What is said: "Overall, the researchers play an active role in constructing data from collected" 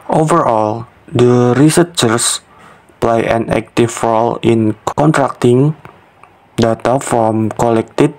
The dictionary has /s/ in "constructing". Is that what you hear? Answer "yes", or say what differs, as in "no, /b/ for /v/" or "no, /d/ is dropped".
no, /s/ is dropped